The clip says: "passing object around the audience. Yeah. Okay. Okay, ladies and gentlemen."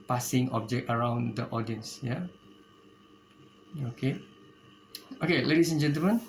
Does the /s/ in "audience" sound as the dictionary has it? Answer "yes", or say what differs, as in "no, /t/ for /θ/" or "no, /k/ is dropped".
yes